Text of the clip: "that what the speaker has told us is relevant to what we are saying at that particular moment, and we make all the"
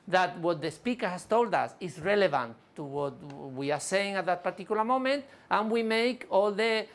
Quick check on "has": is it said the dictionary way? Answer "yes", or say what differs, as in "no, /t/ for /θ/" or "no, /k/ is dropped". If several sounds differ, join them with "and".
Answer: no, /s/ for /z/